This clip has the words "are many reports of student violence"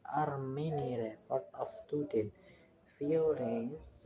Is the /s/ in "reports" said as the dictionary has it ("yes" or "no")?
no